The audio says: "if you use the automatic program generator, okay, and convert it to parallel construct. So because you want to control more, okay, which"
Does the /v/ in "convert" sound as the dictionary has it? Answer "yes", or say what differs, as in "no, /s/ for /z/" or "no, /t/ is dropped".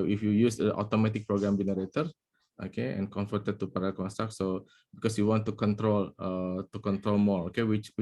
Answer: no, /f/ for /v/